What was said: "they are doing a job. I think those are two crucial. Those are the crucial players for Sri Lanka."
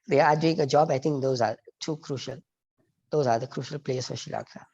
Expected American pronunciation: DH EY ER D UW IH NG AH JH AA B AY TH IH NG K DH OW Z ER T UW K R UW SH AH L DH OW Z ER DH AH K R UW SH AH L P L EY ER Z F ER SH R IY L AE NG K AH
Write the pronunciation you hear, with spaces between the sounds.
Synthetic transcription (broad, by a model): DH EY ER D UW IH NG AH JH AA B AY T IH NG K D OW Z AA T UW K R UW SH AH L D OW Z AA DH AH K R UW SH AH L P L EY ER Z F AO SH IY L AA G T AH